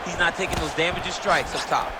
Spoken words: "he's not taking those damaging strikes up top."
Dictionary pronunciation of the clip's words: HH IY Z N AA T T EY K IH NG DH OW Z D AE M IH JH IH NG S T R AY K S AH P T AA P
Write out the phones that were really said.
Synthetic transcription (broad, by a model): HH IY Z N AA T T EY K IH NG DH OW Z D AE M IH JH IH S T R AY K S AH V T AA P